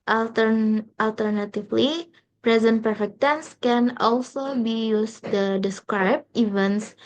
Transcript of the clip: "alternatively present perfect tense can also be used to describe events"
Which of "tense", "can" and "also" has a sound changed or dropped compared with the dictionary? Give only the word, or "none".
none